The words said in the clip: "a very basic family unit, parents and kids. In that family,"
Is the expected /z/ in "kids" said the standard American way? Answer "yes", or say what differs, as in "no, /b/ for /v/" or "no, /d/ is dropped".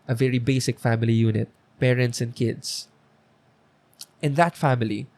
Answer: no, /s/ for /z/